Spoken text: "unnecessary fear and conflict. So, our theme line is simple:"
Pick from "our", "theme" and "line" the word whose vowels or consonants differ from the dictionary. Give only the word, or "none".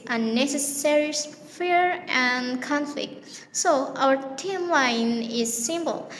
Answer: theme